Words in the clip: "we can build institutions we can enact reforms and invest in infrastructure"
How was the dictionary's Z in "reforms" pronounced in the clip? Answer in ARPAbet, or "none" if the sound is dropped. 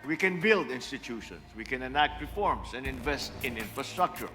S